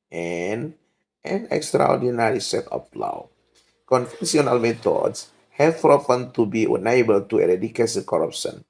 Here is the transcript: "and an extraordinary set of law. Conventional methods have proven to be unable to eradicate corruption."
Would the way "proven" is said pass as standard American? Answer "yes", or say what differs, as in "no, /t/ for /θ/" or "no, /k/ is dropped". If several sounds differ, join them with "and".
no, /f/ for /v/